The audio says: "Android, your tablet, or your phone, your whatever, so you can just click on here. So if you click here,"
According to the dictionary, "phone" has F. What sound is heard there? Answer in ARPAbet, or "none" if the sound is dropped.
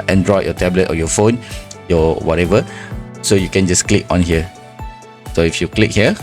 F